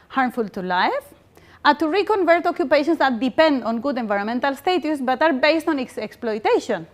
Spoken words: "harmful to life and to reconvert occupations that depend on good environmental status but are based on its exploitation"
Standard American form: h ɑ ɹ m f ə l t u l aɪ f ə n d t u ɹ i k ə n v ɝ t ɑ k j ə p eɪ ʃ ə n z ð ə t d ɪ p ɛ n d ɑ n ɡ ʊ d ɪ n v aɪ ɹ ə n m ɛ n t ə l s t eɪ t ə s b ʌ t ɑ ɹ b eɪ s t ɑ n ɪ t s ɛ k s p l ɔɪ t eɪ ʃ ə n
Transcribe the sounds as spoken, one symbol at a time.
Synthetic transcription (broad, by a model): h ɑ ɹ m f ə l t u l aɪ f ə t u ɹ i k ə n v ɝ t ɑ k j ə p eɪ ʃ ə n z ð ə t d ɪ p ɛ n d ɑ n ɡ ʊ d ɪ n v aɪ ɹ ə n m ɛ n t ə l s t eɪ t ə s b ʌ t ɑ ɹ b eɪ s t ɑ n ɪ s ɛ k s p l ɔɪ t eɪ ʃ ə n